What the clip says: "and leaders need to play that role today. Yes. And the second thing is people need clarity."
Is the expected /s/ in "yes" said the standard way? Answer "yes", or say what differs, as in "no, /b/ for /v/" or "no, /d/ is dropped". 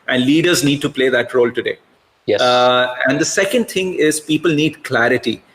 no, /s/ is dropped